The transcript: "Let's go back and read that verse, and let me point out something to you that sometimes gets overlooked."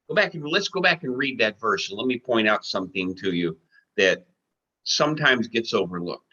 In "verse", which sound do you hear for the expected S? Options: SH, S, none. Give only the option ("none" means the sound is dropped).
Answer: SH